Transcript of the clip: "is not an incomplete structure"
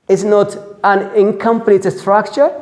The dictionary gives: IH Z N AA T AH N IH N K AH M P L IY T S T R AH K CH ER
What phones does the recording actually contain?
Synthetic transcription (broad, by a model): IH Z N AA T AH N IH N K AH M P N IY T S T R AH K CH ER